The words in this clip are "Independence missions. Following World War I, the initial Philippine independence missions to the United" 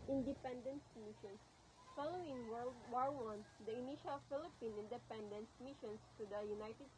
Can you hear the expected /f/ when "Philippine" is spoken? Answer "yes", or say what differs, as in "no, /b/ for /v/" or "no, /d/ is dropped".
yes